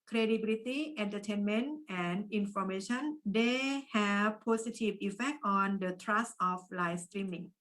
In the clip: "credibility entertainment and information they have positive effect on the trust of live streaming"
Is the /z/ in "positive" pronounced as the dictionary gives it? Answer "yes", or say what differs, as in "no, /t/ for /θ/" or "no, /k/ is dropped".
no, /s/ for /z/